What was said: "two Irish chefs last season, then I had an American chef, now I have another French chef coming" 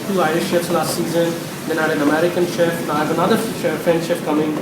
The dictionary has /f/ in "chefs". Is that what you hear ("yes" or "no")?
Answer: no